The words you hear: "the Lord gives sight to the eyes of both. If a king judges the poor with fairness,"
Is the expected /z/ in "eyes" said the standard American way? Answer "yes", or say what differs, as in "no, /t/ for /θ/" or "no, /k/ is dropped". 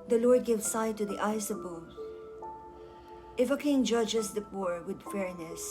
no, /s/ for /z/